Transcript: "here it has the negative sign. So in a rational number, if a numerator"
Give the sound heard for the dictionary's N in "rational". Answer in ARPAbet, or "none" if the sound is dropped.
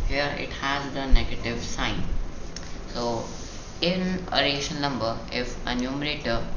none